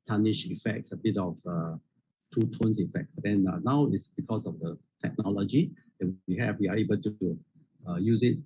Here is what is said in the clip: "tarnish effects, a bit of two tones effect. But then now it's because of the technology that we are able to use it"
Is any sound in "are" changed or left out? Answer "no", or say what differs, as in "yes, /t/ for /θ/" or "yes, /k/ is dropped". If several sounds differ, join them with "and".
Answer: yes, /w/ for /ɹ/